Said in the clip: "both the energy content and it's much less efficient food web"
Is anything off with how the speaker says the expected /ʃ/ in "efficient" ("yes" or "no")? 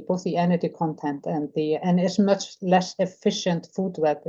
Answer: no